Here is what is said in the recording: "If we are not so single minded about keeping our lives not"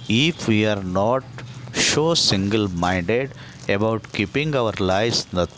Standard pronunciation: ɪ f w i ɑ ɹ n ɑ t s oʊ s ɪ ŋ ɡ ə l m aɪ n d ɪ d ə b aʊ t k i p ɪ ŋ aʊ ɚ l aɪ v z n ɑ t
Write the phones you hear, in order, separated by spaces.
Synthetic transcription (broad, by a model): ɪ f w i ɑ ɹ n ɑ t ʃ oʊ s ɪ ŋ ɡ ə l m aɪ n d ɪ d ə b aʊ t k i p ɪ ŋ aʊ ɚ l aɪ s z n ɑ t